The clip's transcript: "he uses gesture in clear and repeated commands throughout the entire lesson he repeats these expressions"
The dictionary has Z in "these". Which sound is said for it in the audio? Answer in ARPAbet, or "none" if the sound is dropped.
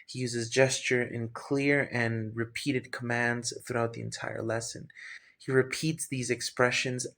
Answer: Z